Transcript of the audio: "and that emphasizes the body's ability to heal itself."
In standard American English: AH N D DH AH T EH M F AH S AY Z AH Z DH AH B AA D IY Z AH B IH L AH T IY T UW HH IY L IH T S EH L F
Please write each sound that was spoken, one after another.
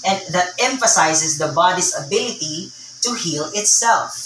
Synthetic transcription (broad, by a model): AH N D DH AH T EH M F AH S AY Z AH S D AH B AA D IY S AH B IH L AH T IY T UW HH IY L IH T S EH L F